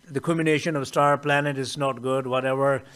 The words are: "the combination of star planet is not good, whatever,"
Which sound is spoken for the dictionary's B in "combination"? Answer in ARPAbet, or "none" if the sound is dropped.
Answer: none